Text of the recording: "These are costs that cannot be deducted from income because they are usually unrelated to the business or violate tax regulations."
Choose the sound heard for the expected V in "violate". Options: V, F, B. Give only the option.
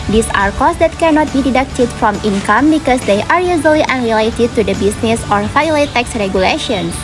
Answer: F